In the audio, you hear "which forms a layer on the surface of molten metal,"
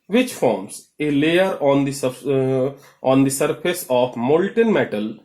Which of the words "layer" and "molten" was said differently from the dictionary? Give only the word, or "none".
none